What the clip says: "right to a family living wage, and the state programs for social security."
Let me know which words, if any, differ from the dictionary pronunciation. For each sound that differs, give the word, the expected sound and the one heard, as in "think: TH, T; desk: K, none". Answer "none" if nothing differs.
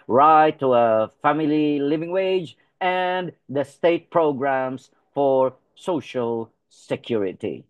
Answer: programs: Z, S